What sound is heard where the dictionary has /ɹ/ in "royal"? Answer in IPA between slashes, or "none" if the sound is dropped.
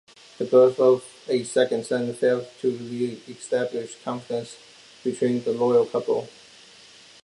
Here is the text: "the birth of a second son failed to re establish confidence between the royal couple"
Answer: /l/